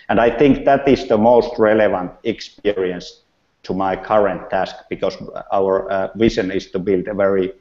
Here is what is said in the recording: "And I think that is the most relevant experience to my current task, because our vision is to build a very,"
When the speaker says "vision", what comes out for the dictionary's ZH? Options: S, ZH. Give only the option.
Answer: S